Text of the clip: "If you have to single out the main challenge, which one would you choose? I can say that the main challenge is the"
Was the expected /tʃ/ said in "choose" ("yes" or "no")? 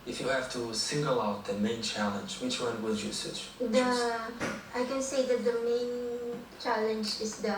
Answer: no